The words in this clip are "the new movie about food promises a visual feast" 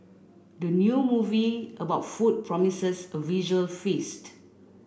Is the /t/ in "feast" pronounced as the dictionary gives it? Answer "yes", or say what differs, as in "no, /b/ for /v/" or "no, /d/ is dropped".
yes